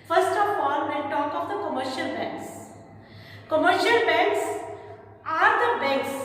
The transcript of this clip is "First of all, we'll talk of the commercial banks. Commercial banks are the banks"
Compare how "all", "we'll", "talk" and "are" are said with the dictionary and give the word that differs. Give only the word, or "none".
we'll